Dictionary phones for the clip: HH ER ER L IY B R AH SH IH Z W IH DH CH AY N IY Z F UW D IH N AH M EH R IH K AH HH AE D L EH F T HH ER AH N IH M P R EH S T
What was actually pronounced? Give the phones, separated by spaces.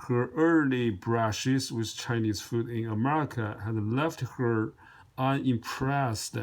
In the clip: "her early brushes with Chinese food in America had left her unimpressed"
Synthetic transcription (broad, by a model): HH ER ER L IY B R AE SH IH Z W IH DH CH AY N IY Z F UW D IH N AH M EH R IH K AH HH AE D L EH F T HH ER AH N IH M P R EH S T